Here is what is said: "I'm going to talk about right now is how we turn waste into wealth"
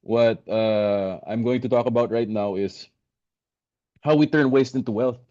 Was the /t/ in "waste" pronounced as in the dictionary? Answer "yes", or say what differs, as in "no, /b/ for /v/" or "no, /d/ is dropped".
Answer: yes